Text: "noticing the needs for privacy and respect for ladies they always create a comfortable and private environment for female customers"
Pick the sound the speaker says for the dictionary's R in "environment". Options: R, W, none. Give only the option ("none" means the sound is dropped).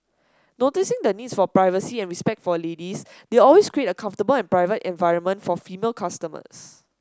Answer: R